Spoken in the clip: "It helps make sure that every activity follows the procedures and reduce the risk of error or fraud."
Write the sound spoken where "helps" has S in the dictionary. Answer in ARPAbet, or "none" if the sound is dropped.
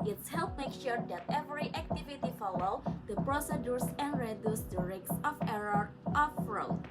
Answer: none